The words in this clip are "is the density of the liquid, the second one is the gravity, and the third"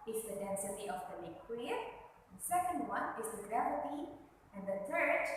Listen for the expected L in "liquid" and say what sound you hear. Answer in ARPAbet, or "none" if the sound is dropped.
N